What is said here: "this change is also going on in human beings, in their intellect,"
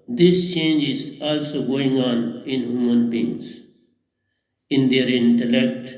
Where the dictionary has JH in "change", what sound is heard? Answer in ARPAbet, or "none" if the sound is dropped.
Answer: JH